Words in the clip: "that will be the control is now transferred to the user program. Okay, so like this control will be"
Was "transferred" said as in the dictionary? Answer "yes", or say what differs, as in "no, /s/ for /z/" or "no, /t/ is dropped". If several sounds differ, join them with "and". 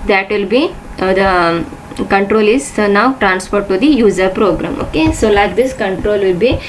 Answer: no, /p/ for /f/